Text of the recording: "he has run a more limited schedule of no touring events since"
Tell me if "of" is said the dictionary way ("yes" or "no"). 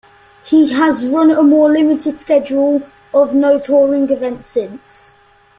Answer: yes